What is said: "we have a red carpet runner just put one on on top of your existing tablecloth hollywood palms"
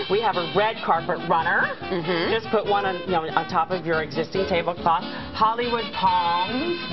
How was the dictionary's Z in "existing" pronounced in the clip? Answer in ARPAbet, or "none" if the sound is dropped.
Z